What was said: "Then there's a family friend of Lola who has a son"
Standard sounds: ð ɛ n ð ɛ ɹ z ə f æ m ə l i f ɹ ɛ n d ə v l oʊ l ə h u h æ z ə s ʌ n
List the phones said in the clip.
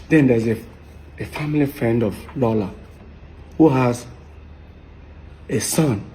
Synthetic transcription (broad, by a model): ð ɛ n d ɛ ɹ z ə f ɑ m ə l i f ɹ ɛ n d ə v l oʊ l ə h u h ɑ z ə s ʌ n